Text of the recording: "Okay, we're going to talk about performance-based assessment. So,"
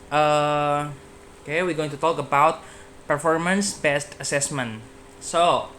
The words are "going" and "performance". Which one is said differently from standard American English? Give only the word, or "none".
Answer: none